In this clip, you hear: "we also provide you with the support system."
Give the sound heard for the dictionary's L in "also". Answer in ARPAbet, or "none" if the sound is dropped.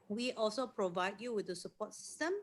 L